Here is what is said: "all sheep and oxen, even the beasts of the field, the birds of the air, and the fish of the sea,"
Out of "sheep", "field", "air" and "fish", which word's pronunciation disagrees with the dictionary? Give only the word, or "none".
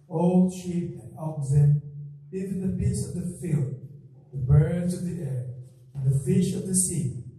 none